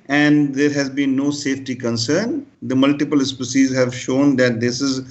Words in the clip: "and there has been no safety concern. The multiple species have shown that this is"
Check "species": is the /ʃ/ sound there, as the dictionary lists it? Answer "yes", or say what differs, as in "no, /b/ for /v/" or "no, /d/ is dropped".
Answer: no, /s/ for /ʃ/